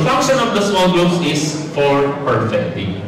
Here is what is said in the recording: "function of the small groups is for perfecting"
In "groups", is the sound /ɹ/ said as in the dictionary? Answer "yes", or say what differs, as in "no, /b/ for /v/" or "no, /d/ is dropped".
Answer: no, /ɹ/ is dropped